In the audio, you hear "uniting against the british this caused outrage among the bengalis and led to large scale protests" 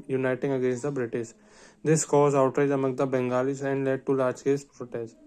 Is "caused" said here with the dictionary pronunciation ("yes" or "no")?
no